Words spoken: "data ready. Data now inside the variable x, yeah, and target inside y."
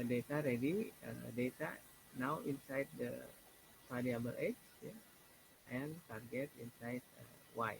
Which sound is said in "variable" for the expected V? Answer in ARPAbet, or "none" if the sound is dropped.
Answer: P